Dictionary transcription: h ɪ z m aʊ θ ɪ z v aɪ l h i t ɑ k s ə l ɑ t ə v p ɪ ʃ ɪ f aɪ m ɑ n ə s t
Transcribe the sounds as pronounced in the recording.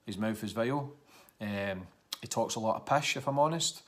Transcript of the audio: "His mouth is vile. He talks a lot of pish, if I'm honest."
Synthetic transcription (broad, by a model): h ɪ z m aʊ f ɪ z v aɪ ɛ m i t ɑ k s ə l ɑ t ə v p ɪ ʃ ɪ f aɪ m ɑ n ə s t